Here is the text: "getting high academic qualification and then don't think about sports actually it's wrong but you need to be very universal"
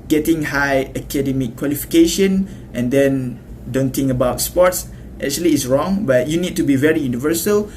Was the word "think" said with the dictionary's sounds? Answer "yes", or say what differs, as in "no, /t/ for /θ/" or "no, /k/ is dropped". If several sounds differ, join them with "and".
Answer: no, /t/ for /θ/